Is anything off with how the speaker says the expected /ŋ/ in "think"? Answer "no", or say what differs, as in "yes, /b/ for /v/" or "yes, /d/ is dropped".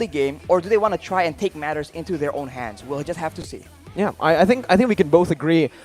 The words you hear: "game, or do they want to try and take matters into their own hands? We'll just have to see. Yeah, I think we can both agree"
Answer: no